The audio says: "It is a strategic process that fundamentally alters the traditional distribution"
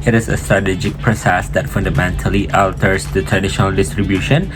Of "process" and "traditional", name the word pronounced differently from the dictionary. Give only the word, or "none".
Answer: none